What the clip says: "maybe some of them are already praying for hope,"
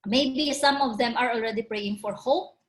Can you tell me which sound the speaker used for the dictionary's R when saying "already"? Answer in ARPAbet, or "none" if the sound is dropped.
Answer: R